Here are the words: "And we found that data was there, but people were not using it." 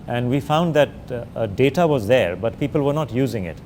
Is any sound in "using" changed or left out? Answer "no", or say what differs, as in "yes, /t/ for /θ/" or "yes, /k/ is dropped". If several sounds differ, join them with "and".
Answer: no